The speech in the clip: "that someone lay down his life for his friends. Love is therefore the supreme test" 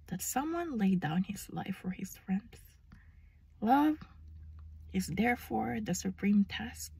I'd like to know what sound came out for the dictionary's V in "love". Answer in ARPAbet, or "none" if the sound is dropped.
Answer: V